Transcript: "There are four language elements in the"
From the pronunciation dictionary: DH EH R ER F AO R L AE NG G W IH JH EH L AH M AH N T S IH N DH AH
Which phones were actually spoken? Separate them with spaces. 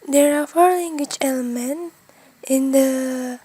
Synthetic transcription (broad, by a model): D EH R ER F AO R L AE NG G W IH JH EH L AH M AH N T IH N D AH